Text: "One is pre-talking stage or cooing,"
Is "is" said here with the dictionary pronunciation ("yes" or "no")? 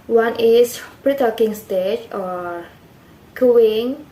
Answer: no